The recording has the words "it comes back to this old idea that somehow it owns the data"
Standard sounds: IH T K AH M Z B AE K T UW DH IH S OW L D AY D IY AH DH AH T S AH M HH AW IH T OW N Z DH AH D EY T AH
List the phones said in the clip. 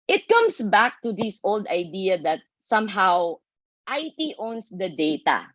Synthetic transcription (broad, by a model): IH T K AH M S B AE K T UW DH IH S OW L D AY D IY AH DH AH T S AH M HH AW IH T OW N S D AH D EY T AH